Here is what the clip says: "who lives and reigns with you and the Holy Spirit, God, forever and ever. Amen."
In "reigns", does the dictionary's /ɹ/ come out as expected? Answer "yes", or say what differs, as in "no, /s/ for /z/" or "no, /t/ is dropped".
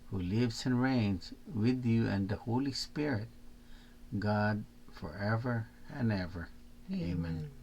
yes